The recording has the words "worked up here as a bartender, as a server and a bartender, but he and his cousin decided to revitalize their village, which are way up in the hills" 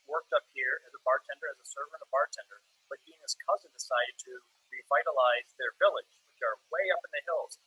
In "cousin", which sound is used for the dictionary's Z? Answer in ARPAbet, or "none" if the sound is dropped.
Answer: Z